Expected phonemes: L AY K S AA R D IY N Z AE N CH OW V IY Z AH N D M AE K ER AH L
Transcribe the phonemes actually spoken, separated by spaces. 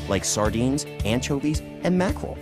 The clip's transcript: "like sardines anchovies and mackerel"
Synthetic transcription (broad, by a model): L AY K S AA R D IY N Z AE N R OW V IY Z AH N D M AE K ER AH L